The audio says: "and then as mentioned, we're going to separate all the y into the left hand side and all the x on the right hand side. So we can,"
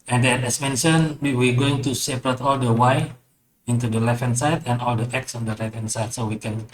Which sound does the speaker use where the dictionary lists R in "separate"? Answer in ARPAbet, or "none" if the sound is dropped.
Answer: R